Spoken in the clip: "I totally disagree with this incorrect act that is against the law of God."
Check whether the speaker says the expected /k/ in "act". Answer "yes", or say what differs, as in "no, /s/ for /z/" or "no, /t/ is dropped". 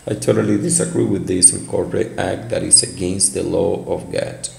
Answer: yes